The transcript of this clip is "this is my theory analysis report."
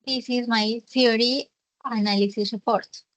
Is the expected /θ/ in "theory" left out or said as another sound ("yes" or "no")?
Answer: yes